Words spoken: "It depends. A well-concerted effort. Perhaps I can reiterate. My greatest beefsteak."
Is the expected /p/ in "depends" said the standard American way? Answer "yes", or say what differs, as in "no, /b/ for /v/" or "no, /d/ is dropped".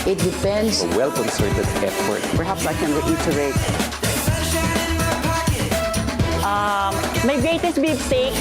no, /f/ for /p/